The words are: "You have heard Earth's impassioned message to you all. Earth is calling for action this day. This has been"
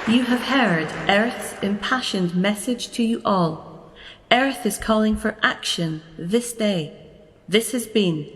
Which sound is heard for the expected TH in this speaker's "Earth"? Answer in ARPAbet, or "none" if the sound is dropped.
TH